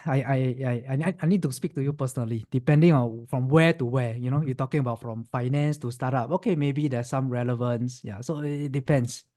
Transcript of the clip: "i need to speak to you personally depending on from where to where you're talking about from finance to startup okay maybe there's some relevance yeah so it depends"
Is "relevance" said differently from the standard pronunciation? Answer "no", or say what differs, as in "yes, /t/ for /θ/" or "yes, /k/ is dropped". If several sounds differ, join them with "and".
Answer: no